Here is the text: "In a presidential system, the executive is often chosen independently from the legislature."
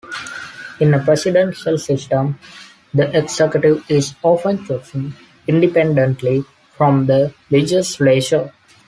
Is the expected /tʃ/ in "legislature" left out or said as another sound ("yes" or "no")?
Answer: yes